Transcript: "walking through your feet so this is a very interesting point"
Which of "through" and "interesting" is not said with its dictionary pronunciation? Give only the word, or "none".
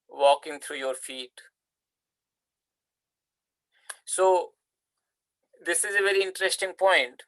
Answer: through